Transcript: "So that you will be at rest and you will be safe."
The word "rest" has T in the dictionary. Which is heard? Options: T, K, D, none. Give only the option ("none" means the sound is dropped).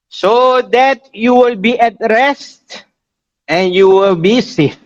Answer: T